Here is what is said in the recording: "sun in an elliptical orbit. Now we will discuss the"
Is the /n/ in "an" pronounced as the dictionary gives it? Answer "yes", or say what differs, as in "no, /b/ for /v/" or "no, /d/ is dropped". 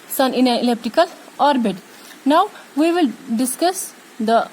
no, /l/ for /n/